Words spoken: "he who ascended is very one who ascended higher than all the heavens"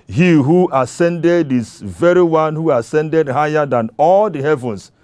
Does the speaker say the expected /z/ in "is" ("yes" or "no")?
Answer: no